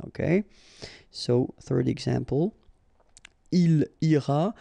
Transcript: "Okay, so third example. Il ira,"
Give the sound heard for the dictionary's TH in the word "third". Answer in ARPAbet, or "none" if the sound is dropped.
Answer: TH